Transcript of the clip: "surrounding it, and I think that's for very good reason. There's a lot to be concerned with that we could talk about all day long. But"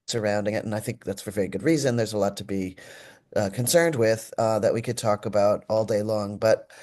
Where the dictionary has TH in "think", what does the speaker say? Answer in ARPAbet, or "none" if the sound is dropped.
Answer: TH